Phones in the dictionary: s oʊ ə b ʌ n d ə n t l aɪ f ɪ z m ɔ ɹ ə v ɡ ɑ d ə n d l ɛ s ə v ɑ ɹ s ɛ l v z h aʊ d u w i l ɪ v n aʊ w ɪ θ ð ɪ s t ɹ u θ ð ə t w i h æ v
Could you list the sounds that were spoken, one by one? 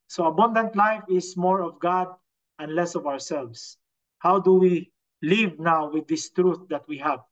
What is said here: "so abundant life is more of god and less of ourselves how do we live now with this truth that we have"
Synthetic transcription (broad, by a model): s oʊ ə b ʌ n d ə n t l aɪ f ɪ s m ɔ ɹ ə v ɡ ɑ d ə n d l ɛ s ə v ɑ ɹ s ɛ l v s h aʊ d u w i l ɪ v n aʊ w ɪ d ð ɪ s t ɹ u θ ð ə t w i h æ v